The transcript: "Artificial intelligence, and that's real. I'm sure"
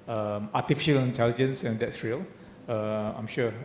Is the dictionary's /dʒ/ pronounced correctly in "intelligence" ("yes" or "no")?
yes